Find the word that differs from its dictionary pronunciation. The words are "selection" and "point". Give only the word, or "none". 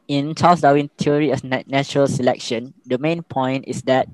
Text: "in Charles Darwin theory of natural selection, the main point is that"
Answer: none